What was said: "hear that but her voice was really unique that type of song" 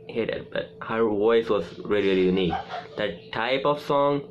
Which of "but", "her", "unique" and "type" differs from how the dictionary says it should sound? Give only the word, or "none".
none